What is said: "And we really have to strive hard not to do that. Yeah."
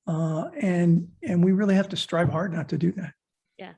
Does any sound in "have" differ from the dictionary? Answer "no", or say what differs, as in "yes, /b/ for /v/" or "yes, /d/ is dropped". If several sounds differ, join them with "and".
yes, /f/ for /v/